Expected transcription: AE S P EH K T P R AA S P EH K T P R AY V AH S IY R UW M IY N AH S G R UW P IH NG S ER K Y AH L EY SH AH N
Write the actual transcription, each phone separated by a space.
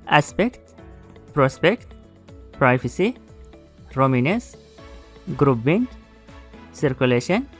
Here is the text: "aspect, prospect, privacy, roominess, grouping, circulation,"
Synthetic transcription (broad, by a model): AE S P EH K T P R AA S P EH K T P R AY F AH S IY R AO M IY N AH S G R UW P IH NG S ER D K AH L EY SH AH N